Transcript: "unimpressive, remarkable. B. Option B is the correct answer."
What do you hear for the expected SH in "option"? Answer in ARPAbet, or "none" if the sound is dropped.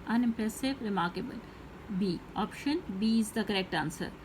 SH